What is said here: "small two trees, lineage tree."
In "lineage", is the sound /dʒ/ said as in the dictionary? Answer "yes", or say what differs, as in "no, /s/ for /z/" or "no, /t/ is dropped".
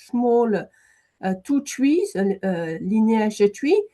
no, /ʒ/ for /dʒ/